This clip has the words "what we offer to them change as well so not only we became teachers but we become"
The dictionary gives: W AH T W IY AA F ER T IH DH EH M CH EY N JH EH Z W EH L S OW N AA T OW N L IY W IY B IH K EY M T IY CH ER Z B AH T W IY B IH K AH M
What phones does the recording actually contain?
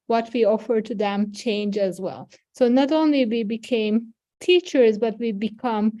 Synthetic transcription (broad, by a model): W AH T W IY AA F ER T IH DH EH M CH EY N JH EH Z W EH L S OW N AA T OW N L IY W IY B IH K EY M T IY CH ER Z B AH T W IY B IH K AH M